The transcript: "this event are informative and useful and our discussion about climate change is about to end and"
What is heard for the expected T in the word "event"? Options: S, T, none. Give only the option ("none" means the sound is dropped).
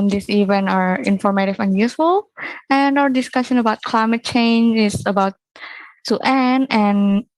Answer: none